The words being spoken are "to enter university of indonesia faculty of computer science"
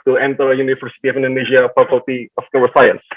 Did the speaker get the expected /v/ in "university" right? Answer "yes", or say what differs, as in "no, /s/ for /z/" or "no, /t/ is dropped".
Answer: no, /f/ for /v/